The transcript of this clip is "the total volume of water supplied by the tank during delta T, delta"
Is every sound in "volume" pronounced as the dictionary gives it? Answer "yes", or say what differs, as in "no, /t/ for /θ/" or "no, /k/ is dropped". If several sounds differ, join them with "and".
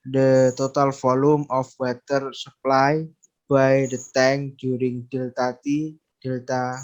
no, /f/ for /v/